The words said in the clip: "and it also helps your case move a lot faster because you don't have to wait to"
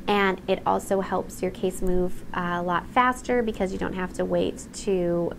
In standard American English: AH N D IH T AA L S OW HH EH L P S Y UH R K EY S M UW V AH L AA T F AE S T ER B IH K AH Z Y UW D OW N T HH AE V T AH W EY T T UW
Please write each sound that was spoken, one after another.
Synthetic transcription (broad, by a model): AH N IH T AA L S OW HH EH L P S Y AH R K EY S M UW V AH L AA T F AE S T ER B IH K AH Z Y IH D OW N T HH AE F T AH W EY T T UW